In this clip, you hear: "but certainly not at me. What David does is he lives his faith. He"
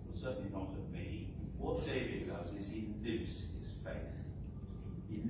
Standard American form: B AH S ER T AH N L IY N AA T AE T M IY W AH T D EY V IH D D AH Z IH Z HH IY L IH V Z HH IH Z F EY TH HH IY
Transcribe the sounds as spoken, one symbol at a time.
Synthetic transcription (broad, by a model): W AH S ER T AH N L IY N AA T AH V M IY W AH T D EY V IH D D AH Z IH Z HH IY L IH V Z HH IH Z F EY TH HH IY